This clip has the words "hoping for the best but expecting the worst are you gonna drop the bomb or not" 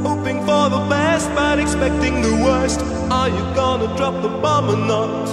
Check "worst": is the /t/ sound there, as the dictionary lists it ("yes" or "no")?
yes